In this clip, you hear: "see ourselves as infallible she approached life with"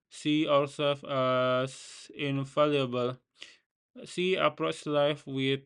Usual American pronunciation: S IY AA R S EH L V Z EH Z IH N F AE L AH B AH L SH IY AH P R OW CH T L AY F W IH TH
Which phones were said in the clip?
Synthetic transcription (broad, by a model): S IY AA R S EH L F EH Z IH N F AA L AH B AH L S IY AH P R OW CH L AY F W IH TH